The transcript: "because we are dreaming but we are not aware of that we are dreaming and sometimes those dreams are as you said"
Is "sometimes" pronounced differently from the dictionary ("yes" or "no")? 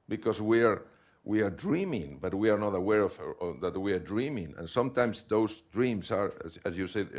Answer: yes